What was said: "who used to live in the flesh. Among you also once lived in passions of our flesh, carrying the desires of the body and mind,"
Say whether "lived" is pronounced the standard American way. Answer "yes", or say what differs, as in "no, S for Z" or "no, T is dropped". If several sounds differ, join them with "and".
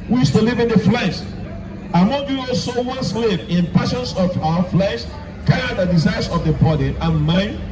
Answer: no, D is dropped